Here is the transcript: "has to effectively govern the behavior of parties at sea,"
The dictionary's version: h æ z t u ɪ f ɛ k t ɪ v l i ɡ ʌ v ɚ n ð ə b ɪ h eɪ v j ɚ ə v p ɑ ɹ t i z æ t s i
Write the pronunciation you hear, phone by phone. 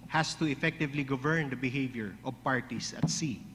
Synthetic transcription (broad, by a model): h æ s t u ɪ f ɛ k t ɪ v l i ɡ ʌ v ɚ n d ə b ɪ h eɪ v j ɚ ə v p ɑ ɹ t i s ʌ t s i